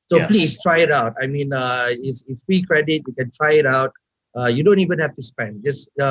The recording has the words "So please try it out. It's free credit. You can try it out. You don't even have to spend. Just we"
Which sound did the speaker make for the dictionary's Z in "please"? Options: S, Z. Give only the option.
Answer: S